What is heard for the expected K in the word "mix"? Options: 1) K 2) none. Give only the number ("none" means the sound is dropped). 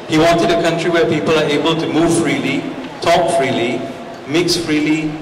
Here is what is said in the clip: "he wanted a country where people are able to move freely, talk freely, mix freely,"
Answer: 1